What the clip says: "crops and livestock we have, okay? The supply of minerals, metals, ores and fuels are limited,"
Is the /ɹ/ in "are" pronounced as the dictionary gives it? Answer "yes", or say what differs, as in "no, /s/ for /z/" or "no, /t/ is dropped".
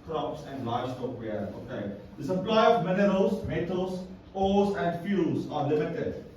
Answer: yes